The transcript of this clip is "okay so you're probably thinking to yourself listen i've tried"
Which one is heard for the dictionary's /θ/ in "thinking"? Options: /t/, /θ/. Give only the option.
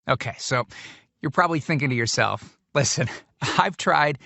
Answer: /θ/